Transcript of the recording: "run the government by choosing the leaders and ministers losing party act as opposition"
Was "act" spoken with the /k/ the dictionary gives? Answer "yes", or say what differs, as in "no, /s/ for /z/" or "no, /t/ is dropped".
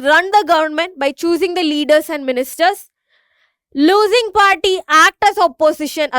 yes